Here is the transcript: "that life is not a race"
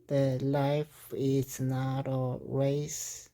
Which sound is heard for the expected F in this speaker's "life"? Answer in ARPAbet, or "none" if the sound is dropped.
F